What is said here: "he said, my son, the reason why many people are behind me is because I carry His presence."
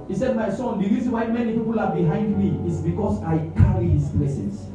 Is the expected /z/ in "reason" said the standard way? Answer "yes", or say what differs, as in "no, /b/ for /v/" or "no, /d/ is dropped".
no, /s/ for /z/